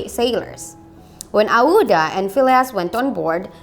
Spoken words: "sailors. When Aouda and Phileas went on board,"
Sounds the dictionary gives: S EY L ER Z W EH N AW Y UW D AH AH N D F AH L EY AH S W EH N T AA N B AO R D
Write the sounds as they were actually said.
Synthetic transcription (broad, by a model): S EY L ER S W EH N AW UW D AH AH N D F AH L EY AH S W EH N T AA N B AO R D